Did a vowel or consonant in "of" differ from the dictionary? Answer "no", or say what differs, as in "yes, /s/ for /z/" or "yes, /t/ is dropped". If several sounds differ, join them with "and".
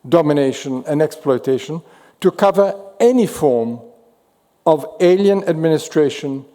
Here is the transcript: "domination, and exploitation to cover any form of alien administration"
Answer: no